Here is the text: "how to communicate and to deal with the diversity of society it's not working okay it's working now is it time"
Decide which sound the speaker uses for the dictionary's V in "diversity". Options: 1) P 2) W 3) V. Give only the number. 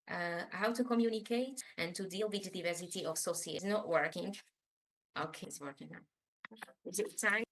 3